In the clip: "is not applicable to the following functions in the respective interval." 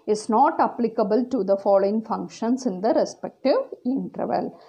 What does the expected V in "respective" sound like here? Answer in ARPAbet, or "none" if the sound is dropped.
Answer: V